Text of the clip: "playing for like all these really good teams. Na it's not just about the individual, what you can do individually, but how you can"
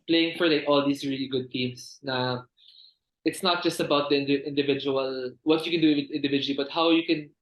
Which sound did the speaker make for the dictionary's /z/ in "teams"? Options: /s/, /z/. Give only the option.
/s/